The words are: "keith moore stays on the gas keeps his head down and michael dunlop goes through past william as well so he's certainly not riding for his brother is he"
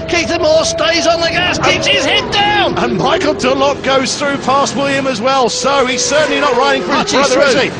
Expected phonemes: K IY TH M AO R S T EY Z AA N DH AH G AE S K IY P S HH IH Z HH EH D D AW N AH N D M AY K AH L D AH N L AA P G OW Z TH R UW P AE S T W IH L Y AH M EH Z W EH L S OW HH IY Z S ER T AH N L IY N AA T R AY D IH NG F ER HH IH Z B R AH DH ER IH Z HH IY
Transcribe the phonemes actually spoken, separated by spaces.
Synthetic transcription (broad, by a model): K IY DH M AO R S T EY Z N DH AH G AE S K IY P S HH IH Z HH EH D D AW N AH N M AY K AH L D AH L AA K G OW Z TH R UW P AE S T W IH L Y AH M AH Z W EH L S OW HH IY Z S ER T N L IY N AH T R AY D IH NG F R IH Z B R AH DH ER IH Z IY